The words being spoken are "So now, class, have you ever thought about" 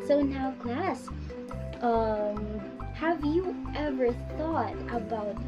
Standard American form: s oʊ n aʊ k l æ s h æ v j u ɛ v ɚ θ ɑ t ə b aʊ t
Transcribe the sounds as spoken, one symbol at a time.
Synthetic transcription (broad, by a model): s oʊ n aʊ k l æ s h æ v j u ɛ v ɚ θ ɑ t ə b aʊ t